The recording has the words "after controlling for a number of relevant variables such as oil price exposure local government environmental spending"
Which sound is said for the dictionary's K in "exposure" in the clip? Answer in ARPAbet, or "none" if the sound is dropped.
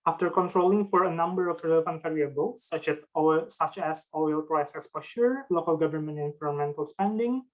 none